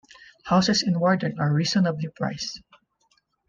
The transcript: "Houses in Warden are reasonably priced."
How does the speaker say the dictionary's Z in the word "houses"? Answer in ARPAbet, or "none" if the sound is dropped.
S